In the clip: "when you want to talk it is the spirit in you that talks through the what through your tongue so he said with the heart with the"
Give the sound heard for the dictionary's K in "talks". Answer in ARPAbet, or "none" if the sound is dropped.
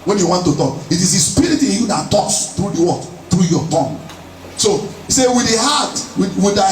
none